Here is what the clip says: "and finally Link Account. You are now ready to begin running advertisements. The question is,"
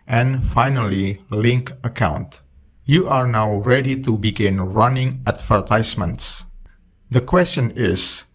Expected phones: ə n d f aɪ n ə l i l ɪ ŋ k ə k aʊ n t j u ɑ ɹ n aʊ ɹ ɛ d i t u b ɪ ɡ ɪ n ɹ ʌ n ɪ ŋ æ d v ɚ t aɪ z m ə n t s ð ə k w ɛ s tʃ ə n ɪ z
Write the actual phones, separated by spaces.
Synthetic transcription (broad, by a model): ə n f aɪ n ə l i l ɪ ŋ k ə k aʊ n t j u ɑ ɹ n aʊ ɹ ɛ d i t u b ɪ ɡ ɪ n ɹ ʌ n ɪ ŋ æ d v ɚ t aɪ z m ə n t s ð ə k w ɛ s tʃ ə n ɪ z